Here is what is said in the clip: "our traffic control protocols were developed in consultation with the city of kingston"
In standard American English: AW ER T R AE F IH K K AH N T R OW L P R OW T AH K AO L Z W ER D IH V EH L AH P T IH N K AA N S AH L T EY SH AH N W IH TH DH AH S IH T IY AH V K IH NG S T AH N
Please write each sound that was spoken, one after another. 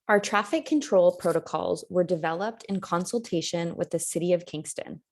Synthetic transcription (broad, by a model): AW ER T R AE F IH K K AH N T R OW L P R OW T AH K AO L Z W ER D IH V EH L AH P T IH N K AA N S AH L T EY SH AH N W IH DH AH S IH T IY AH V K IH NG S T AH N